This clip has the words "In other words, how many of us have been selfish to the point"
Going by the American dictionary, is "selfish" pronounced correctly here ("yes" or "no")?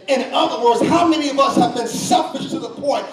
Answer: no